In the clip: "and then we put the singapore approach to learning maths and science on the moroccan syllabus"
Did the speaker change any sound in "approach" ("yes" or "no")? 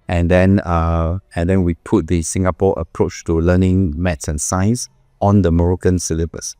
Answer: no